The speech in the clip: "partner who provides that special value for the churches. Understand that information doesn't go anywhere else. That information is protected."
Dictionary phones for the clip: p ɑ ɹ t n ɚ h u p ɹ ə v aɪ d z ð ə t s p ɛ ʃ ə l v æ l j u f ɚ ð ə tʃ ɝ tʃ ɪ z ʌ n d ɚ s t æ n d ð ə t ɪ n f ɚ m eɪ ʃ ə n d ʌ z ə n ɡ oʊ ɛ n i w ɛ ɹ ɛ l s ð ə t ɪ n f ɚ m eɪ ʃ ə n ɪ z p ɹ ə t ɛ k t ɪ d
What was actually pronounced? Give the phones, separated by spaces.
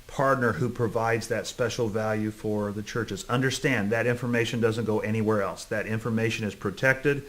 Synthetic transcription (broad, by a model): p ɑ ɹ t n ɚ h u p ɹ ə v aɪ d z ð ə t s p ɛ ʃ l v æ l j u f ɚ ð ə tʃ ɝ tʃ ɪ z ʌ n d ɚ s t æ n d ð ə t ɪ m f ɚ m eɪ ʃ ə n d ʌ z ə n ɡ oʊ ɛ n i w ɛ ɹ ɛ l s ð ə t ɪ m f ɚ m eɪ ʃ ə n ɪ z p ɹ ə t ɛ k t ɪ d